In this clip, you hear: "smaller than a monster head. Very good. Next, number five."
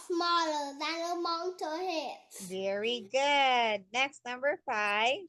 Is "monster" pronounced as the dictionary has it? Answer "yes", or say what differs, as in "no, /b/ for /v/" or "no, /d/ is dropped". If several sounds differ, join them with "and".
no, /s/ is dropped